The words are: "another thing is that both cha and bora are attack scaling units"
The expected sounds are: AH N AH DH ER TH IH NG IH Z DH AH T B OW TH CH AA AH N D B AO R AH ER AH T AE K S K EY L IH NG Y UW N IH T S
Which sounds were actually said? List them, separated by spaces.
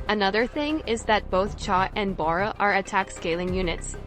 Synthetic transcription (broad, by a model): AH N AH DH ER TH IH NG IH Z DH AH T B OW TH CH AA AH N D B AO R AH ER AH T AE K S K EY L IH NG Y UW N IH T S